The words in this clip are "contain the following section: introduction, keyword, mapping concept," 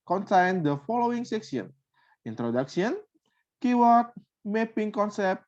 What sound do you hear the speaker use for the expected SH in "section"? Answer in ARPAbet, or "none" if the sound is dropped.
S